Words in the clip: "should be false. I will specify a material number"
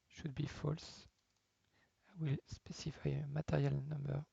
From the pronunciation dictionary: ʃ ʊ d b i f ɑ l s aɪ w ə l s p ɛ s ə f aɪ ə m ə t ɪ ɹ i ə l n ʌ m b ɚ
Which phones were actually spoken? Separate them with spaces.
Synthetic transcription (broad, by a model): ʃ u d b i f ɑ l s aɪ w ə l s p ɛ s ə f aɪ ə m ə t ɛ ɹ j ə l n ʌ m b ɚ